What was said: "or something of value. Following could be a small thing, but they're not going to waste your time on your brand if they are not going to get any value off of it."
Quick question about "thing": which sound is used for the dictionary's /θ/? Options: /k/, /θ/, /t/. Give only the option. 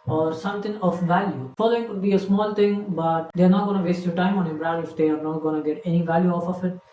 /t/